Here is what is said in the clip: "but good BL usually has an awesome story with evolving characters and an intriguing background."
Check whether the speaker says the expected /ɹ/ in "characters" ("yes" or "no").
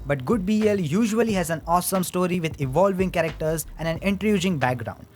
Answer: yes